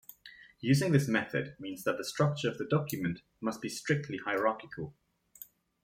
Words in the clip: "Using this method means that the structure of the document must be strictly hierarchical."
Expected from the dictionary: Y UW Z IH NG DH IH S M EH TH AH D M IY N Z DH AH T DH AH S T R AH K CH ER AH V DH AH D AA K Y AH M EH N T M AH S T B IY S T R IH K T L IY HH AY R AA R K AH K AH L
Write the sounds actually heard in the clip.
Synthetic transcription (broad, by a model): Y UW Z IH NG DH IH S M EH TH AH D M IY N Z DH AH T DH AH S T R AH K CH ER AH V DH AH D AA K Y AH M EH N T M AH S T B IY S T R IH K T L IY HH AY R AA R K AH K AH L